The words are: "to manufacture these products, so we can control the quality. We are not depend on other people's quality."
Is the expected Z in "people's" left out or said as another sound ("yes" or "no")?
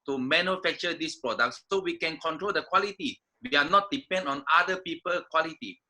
yes